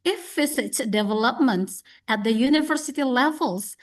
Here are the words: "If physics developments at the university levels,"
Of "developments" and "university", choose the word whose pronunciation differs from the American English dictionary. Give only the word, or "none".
none